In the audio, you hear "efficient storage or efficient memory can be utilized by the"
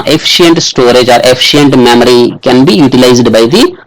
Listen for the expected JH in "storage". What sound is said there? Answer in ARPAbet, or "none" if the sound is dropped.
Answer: JH